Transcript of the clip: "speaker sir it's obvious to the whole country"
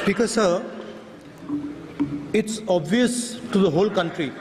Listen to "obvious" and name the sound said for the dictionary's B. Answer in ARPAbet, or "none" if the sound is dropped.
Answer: B